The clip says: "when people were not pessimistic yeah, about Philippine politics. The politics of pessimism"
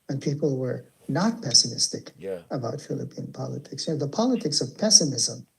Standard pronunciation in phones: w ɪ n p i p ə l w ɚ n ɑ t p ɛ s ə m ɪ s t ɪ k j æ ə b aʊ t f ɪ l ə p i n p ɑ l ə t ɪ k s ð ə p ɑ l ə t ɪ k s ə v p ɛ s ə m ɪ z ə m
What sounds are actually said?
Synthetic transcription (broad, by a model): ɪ n p i p l w ɚ n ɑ t p ɛ s ə m ɪ s t ɪ k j ə b aʊ t f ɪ l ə p i n p ɑ l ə t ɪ k s ð ə p ɑ l ə t ɪ k s ə v p ɛ s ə m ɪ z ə m